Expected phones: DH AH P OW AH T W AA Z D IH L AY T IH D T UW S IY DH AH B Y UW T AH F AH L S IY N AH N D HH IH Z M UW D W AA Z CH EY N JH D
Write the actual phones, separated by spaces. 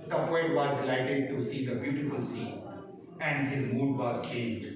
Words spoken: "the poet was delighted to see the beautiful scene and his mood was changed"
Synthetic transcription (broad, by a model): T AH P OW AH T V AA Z D IH L AY T IH D T UW S IY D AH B Y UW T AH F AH L S IY AH N D HH IH Z M UW D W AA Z CH EY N JH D